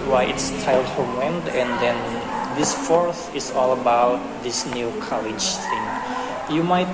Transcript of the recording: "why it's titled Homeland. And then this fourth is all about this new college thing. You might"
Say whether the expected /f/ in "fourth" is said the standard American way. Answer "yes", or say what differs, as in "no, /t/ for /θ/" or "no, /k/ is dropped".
yes